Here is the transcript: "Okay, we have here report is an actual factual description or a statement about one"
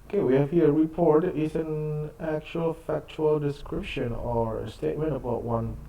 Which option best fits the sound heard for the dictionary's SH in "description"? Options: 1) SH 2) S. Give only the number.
1